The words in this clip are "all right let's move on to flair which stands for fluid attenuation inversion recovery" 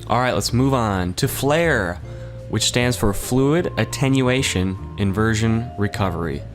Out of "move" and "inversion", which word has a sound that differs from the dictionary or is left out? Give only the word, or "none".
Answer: none